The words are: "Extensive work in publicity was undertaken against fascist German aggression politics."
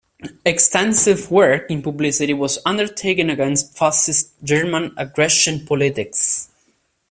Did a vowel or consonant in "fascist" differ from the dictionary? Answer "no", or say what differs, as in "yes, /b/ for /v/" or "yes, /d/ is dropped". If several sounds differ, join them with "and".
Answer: yes, /s/ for /ʃ/